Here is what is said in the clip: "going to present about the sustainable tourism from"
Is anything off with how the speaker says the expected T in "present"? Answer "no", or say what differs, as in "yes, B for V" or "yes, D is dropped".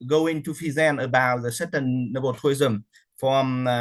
yes, T is dropped